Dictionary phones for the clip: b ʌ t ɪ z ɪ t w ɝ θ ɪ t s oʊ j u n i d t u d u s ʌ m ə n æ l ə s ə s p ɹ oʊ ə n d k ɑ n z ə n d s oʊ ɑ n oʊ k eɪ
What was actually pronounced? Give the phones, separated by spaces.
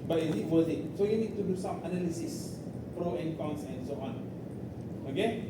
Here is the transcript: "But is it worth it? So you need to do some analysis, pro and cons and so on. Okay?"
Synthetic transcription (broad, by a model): b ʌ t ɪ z ɪ t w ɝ t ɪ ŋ s oʊ j u n i d t u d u s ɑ m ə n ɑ l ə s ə s p ɹ oʊ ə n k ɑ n s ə n s oʊ ɑ n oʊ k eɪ